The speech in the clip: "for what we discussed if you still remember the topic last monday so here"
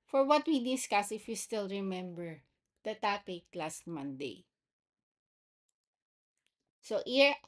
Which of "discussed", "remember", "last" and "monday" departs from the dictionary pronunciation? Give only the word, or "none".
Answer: discussed